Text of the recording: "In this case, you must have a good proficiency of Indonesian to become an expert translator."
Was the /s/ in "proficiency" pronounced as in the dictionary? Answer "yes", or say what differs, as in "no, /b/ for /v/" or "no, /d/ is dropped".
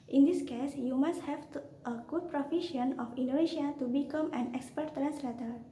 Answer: no, /s/ is dropped